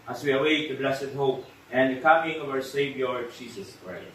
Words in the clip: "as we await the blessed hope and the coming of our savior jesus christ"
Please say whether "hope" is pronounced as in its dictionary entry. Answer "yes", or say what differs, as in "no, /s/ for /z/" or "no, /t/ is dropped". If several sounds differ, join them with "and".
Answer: yes